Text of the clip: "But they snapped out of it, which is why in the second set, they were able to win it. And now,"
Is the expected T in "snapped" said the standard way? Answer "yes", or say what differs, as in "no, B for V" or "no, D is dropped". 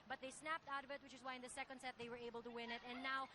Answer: yes